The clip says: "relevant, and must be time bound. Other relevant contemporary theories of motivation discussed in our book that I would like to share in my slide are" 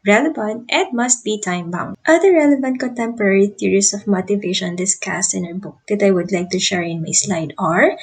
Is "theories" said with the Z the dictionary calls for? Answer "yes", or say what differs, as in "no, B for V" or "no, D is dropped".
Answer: no, S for Z